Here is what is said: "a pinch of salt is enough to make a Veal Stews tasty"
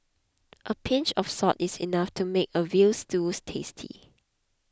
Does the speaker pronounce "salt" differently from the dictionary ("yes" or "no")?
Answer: yes